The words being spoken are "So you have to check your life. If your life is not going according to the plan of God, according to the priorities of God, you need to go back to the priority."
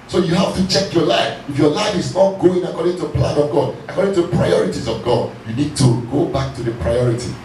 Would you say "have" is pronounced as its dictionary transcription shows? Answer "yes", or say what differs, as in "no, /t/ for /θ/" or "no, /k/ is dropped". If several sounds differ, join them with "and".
no, /f/ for /v/